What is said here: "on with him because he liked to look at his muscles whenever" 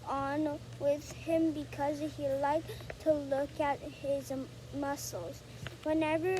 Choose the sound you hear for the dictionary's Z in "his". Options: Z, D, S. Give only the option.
Z